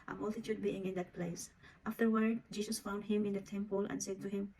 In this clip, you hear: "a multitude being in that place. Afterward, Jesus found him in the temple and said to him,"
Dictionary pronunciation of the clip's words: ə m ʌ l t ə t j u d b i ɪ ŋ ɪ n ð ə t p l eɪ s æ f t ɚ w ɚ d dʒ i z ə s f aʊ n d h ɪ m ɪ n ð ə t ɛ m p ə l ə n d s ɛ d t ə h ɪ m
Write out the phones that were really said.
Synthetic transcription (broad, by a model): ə m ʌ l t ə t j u d b i ɪ ŋ ɪ n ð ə t p l eɪ s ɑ f t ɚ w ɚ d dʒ i s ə s f aʊ n d h ɪ m ɪ n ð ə t ɛ m p ə l ə n d s ɛ d t ə h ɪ m